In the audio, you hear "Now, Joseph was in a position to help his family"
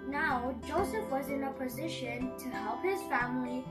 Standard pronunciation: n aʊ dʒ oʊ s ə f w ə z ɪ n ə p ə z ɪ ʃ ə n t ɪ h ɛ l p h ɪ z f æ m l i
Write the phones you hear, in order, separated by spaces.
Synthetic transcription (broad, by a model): n aʊ dʒ oʊ s ə f w ə z ɪ n ə p ə z ɪ ʃ ə n t ɪ h ɛ l p h ɪ z f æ m l i